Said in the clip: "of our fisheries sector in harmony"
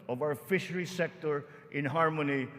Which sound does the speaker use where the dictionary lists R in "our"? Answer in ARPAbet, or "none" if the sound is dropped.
W